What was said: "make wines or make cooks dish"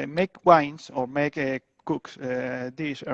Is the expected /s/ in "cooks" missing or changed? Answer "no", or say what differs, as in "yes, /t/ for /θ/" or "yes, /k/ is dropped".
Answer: no